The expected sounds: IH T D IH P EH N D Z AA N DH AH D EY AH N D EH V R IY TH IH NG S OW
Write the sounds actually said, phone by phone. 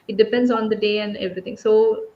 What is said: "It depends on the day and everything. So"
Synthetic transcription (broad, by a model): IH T D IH P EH N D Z AA N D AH D EY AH N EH V R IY T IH NG S OW